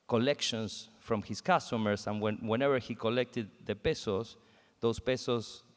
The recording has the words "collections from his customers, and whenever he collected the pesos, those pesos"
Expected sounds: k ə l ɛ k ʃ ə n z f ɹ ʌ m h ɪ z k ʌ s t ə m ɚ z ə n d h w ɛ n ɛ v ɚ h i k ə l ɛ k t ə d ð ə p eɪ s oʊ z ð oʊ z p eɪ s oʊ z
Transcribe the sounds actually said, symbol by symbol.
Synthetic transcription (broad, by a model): k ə l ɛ k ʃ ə n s f ɹ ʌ m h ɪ s k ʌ s t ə m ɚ s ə n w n w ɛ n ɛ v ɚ h i k ə l ɛ k t ə d ð ə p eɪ s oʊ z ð oʊ s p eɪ s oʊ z